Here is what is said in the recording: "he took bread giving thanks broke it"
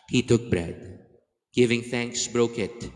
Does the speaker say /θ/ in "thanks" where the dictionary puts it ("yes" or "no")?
yes